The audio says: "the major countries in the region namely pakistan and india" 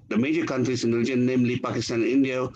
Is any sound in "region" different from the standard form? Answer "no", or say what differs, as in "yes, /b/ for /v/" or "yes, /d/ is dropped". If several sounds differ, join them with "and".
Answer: yes, /l/ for /ɹ/